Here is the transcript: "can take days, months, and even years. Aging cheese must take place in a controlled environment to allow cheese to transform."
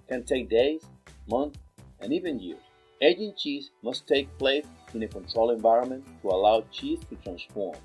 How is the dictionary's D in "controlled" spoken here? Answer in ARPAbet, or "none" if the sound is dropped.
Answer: none